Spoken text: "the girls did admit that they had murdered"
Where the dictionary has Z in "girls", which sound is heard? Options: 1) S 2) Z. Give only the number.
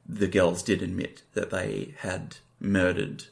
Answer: 2